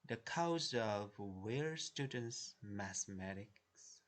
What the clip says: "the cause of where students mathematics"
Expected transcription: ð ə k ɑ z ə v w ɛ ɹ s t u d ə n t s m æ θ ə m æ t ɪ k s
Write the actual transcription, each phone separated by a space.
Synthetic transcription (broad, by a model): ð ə k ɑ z ə v w ɛ ɹ s t u d ə n t s m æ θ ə m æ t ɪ k s